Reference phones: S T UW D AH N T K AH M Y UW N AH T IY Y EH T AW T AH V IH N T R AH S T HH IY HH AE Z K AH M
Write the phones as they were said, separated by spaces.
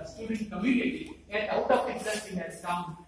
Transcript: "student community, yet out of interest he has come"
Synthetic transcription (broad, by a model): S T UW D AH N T K AH M Y UW N AH T IY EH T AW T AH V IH T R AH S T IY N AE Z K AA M